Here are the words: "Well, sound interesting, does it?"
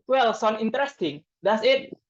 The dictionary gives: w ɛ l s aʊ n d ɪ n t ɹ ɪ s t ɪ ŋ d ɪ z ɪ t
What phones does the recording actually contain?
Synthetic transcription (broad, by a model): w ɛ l s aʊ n ɪ n t ɹ ɪ s t ɪ ŋ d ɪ s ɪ t